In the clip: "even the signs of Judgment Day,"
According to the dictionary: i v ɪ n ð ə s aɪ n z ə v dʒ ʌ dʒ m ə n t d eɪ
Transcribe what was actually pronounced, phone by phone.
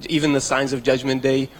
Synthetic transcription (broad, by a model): i v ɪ n ð ə s aɪ n z ə v dʒ ʌ dʒ m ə n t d eɪ